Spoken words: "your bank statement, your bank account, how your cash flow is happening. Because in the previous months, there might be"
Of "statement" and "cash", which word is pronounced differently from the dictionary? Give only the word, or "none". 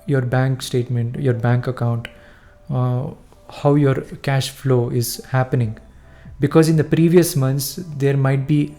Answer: none